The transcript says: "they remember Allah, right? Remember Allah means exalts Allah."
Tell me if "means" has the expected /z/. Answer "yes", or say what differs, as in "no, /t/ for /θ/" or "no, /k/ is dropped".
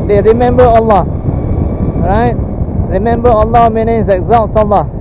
no, /z/ is dropped